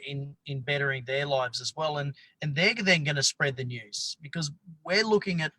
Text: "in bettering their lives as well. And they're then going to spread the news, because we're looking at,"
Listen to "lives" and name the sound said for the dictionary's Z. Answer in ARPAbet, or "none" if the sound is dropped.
Z